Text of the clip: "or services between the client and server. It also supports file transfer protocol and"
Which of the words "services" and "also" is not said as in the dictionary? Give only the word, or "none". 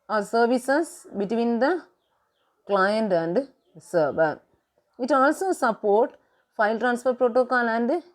services